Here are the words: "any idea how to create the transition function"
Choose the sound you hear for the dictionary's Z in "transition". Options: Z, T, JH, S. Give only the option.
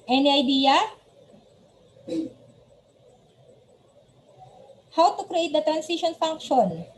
S